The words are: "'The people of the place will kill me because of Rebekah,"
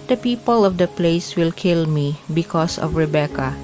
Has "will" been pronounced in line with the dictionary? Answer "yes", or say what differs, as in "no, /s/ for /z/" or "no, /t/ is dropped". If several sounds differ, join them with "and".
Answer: yes